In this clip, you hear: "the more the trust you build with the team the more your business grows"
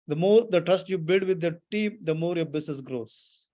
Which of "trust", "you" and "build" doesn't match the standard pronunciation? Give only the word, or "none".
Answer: none